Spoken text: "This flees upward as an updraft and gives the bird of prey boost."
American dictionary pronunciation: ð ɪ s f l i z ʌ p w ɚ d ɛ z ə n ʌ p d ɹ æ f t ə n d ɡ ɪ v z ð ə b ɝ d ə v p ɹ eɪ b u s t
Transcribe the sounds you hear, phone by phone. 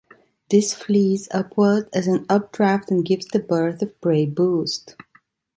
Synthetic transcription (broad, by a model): ð ɪ s f l i z ʌ p w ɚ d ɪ z ə n ʌ p d ɹ æ f t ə n ɡ ɪ v z ð ə b ɝ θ ə v b ɹ eɪ b u s t